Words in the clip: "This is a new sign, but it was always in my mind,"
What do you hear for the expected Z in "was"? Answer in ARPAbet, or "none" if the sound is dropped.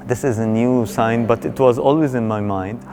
Z